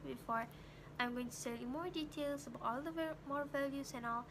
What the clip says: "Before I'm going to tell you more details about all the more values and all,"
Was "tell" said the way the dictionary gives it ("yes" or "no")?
no